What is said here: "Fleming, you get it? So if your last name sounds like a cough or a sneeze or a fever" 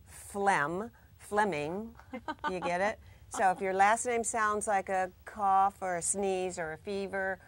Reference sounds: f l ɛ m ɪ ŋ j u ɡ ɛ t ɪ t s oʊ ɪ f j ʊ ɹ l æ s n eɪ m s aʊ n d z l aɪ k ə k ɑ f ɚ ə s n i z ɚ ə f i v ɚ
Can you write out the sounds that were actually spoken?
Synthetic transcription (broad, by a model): f l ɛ m ɪ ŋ j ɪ ɡ ɛ t ɪ t s oʊ ɪ f j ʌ ɹ l æ s n eɪ m s aʊ n d z l aɪ k ə k ɑ f ɚ ə s n i z ɚ ə f i v ɚ